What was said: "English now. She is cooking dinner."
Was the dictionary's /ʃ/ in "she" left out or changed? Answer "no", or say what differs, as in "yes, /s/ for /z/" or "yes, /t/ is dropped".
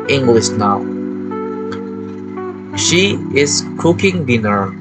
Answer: no